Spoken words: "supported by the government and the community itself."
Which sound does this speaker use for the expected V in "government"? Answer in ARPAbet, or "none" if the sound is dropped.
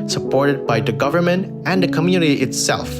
V